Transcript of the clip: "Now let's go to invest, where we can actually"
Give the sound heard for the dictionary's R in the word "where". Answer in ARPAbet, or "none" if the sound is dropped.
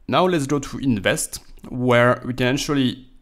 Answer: R